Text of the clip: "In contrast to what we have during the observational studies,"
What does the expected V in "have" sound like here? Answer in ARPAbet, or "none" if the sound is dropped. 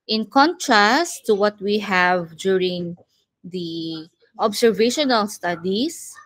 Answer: V